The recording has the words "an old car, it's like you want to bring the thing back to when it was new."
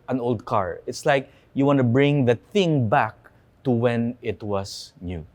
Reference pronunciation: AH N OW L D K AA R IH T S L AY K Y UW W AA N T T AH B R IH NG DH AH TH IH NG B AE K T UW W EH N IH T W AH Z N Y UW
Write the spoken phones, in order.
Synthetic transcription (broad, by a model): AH N OW L D K AA R IH T S L AY K Y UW W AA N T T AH B R IH NG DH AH TH IH NG B AE K T UW W EH N IH T W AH S N Y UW